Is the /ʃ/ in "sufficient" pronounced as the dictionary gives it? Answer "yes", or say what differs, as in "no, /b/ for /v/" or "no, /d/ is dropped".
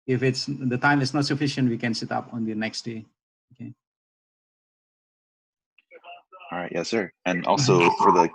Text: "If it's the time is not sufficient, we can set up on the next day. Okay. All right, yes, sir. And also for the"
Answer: yes